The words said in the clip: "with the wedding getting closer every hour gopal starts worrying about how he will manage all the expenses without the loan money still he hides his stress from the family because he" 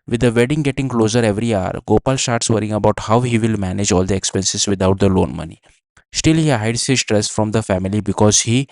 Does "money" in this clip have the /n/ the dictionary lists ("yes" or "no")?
yes